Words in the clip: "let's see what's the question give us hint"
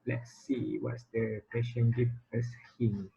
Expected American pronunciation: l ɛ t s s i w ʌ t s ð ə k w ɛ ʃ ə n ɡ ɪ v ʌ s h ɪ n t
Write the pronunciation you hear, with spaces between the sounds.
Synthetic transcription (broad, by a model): l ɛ t s s i w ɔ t s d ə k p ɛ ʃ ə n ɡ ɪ f ʌ s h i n